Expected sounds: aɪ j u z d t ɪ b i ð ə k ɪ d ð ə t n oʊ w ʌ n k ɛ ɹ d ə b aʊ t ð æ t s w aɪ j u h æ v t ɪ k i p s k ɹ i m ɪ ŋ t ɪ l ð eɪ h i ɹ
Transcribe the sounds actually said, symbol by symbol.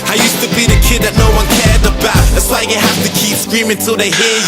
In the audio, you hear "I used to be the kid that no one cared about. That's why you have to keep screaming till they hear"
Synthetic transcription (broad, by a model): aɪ j u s t ɪ b i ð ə k ɪ d ð ə t n oʊ w ʌ n k ɛ ɹ d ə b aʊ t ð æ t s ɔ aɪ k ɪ h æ f t ɪ k i p s k ɹ i m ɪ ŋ t ɪ l ð eɪ h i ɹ